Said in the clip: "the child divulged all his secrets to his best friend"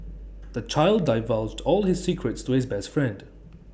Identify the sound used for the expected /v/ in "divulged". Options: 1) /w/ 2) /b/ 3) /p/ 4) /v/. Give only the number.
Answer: 4